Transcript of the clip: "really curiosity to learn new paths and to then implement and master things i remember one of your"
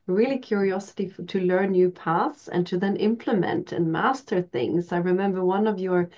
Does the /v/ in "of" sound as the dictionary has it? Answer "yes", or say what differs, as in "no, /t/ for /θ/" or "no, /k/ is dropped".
yes